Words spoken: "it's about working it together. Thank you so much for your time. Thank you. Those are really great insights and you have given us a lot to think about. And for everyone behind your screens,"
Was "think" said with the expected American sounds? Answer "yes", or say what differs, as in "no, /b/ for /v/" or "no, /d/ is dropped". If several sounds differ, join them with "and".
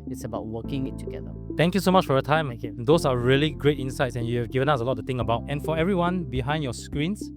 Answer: no, /t/ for /θ/ and /k/ is dropped